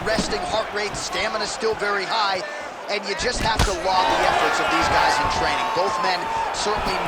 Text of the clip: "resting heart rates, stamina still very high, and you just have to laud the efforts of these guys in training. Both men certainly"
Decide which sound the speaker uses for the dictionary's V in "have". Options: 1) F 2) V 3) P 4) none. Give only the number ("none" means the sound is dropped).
1